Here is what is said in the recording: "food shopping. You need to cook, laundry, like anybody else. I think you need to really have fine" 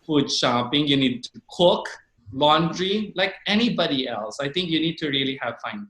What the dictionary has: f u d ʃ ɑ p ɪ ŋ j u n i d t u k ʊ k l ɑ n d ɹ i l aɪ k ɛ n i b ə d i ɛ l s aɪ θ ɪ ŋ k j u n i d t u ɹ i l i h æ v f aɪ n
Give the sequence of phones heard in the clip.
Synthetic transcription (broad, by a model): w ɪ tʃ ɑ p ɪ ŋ j u n i d t u k ʊ k l ɑ n d ɹ i l aɪ k ɛ n i b ə d i ɛ l s aɪ t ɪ ŋ k j u n i d t u ɹ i l i h æ v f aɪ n